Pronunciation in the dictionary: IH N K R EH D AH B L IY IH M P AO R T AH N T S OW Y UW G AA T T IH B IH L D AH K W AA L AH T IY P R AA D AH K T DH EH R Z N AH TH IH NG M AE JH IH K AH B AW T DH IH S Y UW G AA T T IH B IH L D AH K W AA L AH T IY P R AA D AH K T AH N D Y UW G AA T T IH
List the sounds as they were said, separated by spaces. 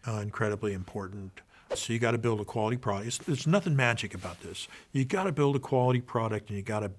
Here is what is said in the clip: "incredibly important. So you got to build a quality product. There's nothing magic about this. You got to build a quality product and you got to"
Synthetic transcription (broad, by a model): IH N K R EH D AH B L IY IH M P AO R T N T S OW Y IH G AA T T IH B IH L D AH K W AA L AH T IY P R AA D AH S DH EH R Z N AH TH IH NG M AE JH IH K AH B AW T DH IH S Y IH G AA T T IH B IH L D AH K W AA L AH T IY P R AA D AH K T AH N Y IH G AA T T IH